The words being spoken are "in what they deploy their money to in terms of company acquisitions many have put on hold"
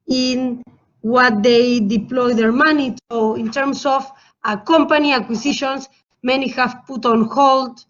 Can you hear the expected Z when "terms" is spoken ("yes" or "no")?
no